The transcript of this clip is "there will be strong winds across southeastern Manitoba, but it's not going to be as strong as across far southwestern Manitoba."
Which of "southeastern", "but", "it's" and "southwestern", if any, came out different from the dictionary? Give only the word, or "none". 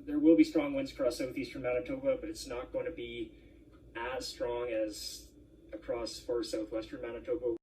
none